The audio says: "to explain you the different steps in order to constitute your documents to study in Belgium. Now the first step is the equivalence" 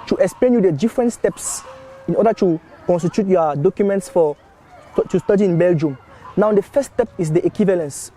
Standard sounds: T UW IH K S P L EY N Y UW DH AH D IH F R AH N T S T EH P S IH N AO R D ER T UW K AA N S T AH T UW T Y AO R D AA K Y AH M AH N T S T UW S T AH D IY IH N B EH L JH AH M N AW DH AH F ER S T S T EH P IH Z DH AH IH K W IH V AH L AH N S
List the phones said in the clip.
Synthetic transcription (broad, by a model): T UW IH K S P L EY N Y UW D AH D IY F R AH N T S T EH P S IH N AO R D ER T UW K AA N S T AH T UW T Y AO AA D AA K Y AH M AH N T S T UW S T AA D IY IH N B EH L JH AH M N AW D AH F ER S S T EH P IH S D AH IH K W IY V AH L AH N S